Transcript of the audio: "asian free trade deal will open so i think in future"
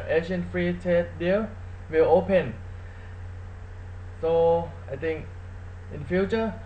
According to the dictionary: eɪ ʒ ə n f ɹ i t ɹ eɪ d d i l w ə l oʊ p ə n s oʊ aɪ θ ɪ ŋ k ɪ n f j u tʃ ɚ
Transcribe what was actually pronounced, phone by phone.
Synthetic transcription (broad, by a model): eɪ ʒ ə n f ɹ i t eɪ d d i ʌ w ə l oʊ p ə n s oʊ aɪ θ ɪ ŋ k ɪ n f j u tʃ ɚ